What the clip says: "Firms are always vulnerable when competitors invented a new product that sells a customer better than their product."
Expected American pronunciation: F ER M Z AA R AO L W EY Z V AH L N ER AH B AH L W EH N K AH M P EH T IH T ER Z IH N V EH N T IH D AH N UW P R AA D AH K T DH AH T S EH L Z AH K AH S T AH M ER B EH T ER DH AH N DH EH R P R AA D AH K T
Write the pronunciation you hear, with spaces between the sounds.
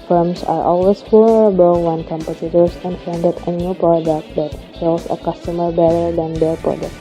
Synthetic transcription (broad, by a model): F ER M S AA R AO L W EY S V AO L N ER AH B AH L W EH N K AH M P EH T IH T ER S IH N F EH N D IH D AH N UW P R AA D AH K T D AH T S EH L S AH K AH S T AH M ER B EH T ER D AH N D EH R P R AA D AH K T